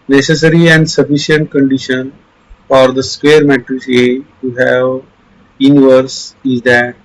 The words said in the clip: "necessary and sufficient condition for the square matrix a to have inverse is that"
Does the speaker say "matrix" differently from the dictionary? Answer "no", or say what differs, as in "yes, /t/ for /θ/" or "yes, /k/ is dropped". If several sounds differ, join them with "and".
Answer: yes, /k/ is dropped